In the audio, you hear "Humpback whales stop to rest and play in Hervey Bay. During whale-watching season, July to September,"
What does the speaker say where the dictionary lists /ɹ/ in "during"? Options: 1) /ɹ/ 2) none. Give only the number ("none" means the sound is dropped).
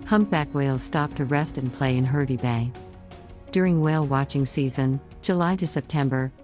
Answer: 1